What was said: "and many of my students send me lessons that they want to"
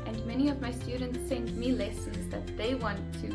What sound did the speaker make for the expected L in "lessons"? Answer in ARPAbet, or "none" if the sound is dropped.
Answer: L